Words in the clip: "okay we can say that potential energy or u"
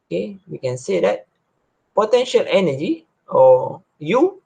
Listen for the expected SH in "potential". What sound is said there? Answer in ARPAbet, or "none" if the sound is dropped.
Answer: SH